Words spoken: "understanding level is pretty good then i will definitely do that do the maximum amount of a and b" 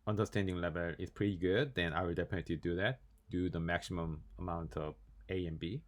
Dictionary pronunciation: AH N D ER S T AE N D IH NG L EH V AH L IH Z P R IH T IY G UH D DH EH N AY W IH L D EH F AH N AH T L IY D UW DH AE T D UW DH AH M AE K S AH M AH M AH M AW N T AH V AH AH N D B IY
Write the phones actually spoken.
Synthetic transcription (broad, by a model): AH N D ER S T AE N D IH NG L EH V AH L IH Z P R IH T IY G UH D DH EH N AY W IH L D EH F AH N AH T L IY D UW DH AE T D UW DH AH M AE K S AH M AH M AH M AW N T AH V AH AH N B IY